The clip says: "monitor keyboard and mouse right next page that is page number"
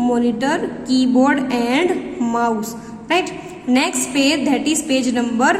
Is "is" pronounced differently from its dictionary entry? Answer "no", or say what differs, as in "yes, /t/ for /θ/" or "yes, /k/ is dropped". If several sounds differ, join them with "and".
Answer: yes, /s/ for /z/